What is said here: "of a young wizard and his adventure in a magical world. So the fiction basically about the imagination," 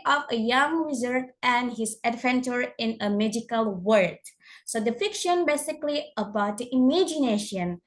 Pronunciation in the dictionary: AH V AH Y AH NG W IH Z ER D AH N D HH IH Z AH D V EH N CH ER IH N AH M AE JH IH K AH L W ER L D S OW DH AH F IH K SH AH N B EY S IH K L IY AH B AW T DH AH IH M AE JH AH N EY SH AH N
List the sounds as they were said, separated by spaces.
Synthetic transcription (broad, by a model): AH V AH Y AH NG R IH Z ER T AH N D HH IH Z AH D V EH N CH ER IH N AH M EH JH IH K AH L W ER D S OW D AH F IH K SH AH N B EY S IH K L IY AH B AW T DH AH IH M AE JH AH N EY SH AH N